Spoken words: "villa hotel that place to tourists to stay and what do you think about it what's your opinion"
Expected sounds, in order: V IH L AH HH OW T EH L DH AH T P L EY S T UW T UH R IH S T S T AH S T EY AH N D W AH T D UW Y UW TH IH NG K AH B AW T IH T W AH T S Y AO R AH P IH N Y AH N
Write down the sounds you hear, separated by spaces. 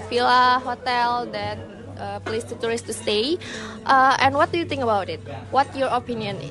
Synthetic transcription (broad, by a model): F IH L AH HH OW T EH L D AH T P L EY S T UW T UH R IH S T S T AH T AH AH N W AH T D UW Y UW T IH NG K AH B AW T IH T W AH T Y AO R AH P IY N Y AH N